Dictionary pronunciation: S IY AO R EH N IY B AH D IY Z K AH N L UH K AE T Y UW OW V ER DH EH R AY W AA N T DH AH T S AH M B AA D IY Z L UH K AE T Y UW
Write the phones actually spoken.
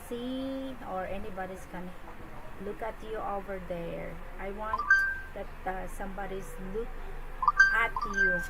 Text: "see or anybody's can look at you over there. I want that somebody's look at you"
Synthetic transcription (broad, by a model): S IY AO R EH N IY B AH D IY S K AH N L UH K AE T Y UW OW V ER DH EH R AY W AA N T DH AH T S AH M B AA D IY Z L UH K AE T Y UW